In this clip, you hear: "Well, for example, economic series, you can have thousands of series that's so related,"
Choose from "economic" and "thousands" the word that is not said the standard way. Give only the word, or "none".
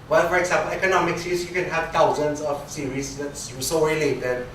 thousands